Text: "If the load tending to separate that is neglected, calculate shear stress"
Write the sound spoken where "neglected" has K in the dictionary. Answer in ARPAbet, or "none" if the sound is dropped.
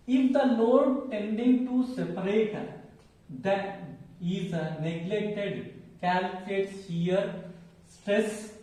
K